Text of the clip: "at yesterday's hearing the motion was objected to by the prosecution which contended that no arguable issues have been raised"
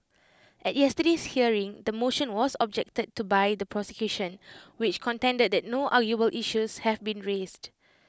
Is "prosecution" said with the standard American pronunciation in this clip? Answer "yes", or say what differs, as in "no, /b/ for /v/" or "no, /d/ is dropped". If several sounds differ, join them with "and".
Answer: yes